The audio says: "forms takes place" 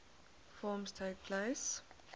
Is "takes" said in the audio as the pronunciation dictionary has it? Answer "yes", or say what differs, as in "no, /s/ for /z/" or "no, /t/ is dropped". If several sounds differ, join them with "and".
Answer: no, /s/ is dropped